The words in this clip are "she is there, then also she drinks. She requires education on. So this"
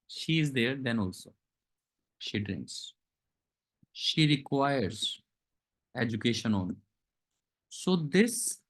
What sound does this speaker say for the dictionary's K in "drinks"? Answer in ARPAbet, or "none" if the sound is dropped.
K